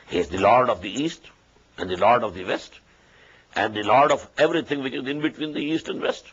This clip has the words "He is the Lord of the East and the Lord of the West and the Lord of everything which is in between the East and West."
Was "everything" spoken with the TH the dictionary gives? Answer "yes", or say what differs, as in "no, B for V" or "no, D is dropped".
no, T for TH